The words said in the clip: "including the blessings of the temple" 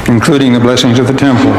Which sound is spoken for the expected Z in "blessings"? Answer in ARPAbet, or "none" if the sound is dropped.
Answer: Z